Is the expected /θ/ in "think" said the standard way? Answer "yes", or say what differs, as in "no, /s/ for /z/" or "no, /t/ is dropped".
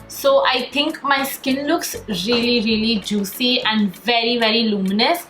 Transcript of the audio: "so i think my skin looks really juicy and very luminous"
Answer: no, /t/ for /θ/